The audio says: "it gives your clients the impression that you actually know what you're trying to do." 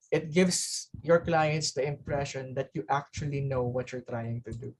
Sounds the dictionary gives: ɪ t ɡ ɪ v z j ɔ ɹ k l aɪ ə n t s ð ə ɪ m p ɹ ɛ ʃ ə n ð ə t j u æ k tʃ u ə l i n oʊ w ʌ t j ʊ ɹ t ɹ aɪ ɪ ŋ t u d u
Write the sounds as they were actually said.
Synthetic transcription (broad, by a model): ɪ t ɡ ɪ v s j ɔ ɹ k l aɪ ə n t s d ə ɪ m p ɹ ɛ ʃ ə n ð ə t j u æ k tʃ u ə l i n oʊ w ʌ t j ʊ ɹ t ɹ aɪ ɪ ŋ t u d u